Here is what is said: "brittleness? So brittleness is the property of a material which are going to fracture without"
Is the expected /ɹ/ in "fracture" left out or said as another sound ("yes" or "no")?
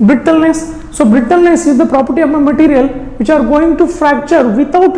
no